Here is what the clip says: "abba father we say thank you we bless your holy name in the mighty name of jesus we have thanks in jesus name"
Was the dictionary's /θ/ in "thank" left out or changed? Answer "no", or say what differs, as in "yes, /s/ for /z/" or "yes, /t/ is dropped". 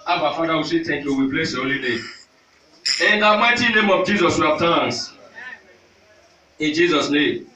yes, /t/ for /θ/